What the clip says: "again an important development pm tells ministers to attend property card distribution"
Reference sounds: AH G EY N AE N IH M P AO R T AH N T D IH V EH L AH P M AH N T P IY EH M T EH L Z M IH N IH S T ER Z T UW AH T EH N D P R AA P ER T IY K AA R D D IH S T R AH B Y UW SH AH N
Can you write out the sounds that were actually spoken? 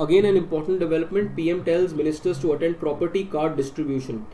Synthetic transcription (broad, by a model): AH G EY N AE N IH M P AO R T AH N T D IH V EH L AH P M AH N T P IY EH M T EH L Z M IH N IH S T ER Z T UW AH T EH N D P R AA P ER T IY K AA R D D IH S T R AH B Y UW SH AH N